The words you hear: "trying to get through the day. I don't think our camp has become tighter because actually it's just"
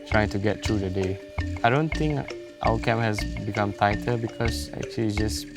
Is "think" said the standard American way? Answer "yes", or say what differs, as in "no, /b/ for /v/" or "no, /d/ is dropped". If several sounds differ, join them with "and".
no, /t/ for /θ/